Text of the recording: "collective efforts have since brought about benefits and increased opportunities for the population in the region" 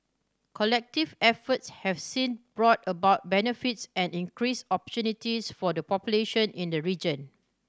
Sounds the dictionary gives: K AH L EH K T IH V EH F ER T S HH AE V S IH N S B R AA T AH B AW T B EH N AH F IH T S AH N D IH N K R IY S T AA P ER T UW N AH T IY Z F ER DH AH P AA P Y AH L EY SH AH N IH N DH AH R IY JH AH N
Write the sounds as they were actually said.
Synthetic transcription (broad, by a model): K AH L EH K T IH V EH F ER T S HH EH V S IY N B R AA T AH B AW T B EH N AH F IH T S AH N D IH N K R IY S AA P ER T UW N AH T IY S F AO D AH P AA P Y AH L EY SH AH N IH N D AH R IY JH AH N